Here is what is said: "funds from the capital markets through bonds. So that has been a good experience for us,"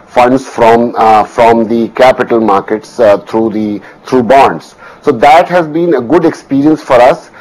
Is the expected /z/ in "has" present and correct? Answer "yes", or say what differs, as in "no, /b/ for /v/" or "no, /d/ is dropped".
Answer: yes